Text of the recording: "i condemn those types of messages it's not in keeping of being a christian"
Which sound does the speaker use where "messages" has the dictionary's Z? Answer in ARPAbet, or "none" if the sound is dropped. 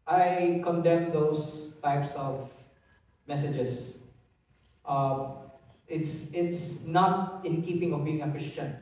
S